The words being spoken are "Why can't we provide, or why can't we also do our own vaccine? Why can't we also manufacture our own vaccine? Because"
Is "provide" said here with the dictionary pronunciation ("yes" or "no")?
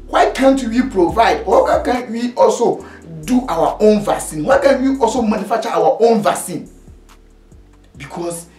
yes